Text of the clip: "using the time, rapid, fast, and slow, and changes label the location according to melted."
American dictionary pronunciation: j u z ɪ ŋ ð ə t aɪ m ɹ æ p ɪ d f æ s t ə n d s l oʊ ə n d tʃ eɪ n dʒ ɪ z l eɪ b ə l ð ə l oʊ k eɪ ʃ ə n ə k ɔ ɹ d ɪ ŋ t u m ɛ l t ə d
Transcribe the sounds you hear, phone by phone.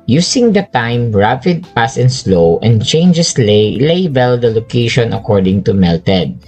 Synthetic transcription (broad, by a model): j u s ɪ ŋ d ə t aɪ m ɹ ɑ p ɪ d p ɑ s ə n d s l oʊ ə n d tʃ eɪ n dʒ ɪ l l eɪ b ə l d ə l oʊ k eɪ ʃ ə n ə k ɔ ɹ d ɪ ŋ t u m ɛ l t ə d